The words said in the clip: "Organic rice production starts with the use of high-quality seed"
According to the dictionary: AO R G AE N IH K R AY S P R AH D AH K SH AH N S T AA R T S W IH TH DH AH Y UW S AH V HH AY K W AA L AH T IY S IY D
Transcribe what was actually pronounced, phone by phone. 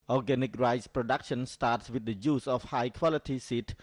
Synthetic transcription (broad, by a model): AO G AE N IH K R AY S P R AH D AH K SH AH N S T AA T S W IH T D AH Y UW S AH F HH AY K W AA L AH T IY S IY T